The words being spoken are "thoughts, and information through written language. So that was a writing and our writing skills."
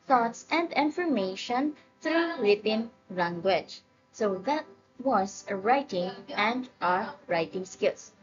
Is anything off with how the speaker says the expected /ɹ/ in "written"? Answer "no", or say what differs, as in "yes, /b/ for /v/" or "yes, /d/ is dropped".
yes, /w/ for /ɹ/